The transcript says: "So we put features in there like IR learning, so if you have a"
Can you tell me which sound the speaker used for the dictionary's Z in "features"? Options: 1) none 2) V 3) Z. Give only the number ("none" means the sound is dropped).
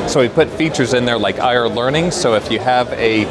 3